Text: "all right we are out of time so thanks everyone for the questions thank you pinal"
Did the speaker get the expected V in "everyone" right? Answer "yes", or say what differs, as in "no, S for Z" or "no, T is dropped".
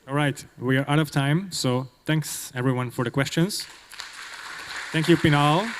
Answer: yes